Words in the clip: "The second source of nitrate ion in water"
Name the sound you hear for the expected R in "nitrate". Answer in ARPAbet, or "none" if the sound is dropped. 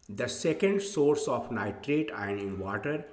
R